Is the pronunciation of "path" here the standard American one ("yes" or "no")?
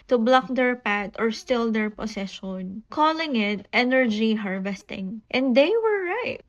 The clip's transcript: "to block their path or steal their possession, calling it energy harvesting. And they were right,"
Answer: no